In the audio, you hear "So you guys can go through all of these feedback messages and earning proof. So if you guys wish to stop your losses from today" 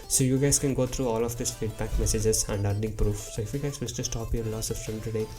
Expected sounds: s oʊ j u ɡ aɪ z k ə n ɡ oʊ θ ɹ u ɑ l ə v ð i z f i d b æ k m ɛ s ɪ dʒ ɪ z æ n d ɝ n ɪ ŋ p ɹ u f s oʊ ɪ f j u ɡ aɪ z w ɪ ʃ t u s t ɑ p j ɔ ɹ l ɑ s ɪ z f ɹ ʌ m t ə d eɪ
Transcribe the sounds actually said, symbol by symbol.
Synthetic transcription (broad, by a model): s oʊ j u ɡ aɪ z k ə n ɡ oʊ t ɹ u ɑ l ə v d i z f i d b æ k m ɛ s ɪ dʒ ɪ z æ n d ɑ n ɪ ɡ p ɹ u f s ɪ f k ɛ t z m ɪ s t u s t ɑ p j ɔ ɹ l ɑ s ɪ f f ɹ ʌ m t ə d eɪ